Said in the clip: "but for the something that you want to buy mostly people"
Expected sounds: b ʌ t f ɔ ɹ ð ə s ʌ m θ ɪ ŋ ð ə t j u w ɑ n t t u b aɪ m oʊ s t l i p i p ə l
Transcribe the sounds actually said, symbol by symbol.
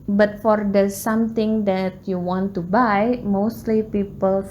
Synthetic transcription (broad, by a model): b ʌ t f ɔ ɹ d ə s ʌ m t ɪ ŋ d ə t j u w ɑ n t t u b aɪ m oʊ s t l i p i p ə l